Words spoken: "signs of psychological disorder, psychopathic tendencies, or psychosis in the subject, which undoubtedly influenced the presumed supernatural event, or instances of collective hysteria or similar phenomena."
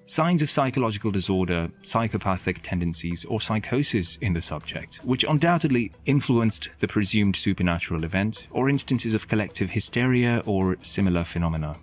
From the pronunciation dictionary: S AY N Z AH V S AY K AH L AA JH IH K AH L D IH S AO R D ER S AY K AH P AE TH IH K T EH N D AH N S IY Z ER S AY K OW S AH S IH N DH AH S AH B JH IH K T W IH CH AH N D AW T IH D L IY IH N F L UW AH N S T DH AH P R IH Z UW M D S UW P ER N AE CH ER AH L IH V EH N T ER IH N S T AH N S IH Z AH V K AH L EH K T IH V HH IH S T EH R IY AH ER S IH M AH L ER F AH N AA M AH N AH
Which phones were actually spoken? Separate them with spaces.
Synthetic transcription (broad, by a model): S AY N Z AH V S AY K AH L AA JH IH K AH L D IH S AO R D ER S AY K AH P AE TH IH K T EH N D AH N S IY Z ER S AY K OW S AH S IH N DH AH S AH B JH IH K T W IH CH AH N D AW T IH D L IY IH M F L UW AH N S DH AH P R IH Z UW M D S UW P ER N AE CH ER AH L IH V EH N T ER IH N S T AH N S IH Z AH V K AH L EH K T IH V HH IH S T EH R IY AH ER S IH M L ER F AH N AA M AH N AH